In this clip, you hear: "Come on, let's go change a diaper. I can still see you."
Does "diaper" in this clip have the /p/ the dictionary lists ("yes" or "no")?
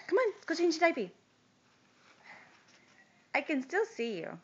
no